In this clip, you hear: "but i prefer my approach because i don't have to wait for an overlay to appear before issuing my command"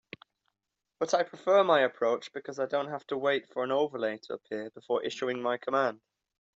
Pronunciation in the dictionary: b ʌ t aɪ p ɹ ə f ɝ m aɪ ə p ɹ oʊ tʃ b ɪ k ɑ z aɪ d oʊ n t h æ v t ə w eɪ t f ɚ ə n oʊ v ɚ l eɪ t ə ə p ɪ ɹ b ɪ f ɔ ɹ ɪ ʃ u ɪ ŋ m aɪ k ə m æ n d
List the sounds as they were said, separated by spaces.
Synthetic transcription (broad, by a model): b ʌ t aɪ p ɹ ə f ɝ m aɪ ə p ɹ oʊ tʃ b ɪ k ɑ z aɪ d oʊ n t h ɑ f t ə w eɪ t f ɚ ə n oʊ v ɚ l eɪ t ə ə p ɪ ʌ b ɪ f ɔ ɹ ɪ ʃ u ɪ ŋ m aɪ k ə m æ n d